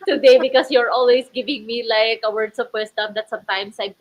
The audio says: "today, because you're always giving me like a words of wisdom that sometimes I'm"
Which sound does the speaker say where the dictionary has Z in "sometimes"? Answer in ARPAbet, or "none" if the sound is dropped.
S